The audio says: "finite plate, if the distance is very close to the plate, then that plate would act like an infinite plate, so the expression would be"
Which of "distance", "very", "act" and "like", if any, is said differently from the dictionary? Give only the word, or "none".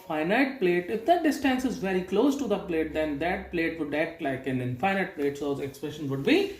act